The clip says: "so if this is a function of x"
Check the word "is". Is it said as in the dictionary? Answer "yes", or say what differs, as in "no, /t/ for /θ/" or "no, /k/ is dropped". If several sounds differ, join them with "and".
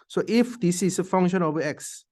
no, /s/ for /z/